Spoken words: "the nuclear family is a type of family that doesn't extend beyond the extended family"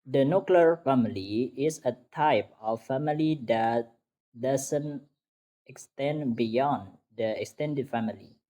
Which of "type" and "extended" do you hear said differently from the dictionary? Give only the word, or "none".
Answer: none